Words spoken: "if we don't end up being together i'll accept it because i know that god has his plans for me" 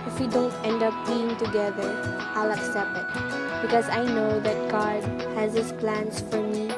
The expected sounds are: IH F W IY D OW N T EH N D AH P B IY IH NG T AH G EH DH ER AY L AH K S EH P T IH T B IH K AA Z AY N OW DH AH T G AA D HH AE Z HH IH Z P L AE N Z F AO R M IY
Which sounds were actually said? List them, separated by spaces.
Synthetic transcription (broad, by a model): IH F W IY D OW N T EH N D AH P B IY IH NG T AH G EH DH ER AY L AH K S EH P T IH T B IH K AA Z AY N OW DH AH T G AA D HH AE Z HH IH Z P L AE N S F AO R M IY